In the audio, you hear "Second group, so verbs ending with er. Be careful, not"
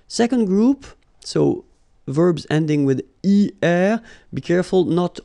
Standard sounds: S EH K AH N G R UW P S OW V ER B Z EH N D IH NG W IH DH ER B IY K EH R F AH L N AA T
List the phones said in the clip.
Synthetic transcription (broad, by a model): S EH K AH N G R UW P S OW V ER B Z EH N D IH NG W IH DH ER B IY K EH R F AH L N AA T